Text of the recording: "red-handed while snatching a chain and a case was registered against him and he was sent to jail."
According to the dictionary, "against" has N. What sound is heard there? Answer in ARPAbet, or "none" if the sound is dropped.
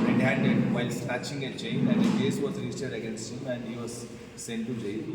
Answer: N